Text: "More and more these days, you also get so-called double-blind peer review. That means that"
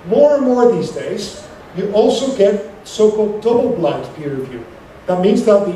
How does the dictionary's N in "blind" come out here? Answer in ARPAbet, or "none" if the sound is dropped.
none